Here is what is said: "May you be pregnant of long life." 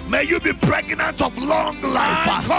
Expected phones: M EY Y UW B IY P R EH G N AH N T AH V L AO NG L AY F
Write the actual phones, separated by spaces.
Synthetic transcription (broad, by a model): M EY Y UW B IY P R EH G N AH N T AH V L AO NG L AY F